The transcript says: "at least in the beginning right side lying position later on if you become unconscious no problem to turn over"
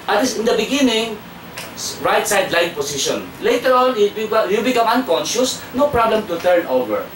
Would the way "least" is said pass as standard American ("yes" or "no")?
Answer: no